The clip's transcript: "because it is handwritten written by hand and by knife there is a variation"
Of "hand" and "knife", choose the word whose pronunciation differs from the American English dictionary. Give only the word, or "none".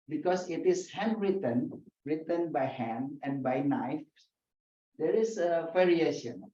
hand